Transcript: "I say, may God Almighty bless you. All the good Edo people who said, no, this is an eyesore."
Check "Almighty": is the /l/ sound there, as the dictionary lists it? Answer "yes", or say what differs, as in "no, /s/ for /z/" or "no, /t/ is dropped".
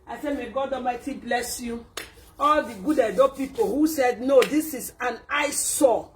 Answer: no, /l/ is dropped